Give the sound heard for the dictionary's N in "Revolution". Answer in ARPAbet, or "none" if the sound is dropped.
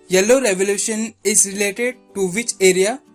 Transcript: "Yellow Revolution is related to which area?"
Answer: N